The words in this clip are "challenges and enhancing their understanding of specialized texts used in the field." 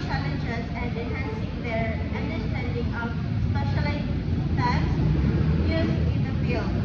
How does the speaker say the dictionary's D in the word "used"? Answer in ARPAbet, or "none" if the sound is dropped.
none